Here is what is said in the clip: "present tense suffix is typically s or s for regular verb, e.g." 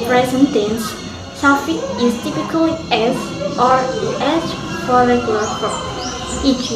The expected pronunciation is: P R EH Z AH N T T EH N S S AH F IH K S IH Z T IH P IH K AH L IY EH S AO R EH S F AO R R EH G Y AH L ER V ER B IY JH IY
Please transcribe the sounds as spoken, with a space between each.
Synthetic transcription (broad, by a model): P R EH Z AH N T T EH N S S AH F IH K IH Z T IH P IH K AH L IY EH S AO R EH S F AO R R EH G Y AH L ER P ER IY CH